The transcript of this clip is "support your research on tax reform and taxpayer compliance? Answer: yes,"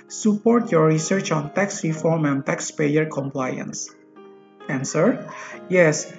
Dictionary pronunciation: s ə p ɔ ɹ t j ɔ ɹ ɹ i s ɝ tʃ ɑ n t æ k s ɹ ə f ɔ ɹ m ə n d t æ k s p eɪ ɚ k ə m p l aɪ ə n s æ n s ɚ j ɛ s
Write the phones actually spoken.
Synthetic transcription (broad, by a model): s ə p ɔ ɹ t j ɔ ɹ ɹ i s ɝ tʃ ɑ n t æ k s ɹ ə f ɔ ɹ m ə n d t æ k s p eɪ ɚ k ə m p l aɪ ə n s æ n s ɚ j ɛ s